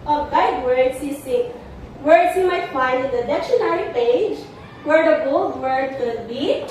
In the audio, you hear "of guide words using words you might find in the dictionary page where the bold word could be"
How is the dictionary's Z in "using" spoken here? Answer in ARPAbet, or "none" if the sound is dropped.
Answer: S